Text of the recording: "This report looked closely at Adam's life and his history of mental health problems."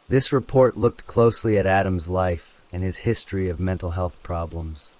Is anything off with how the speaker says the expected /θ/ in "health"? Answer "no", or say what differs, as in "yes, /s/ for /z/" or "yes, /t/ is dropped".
no